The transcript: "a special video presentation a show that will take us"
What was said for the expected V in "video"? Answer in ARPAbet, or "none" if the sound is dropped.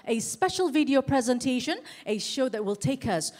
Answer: V